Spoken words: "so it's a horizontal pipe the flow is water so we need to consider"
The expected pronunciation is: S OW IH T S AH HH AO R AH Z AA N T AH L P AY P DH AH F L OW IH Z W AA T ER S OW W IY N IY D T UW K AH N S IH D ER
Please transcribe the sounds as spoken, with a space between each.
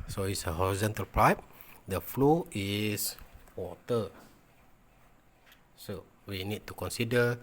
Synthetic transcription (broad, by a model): S OW IH T S AH HH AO R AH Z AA N T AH L P AY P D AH F L OW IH S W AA T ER S OW W IY N IY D T UW K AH N S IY D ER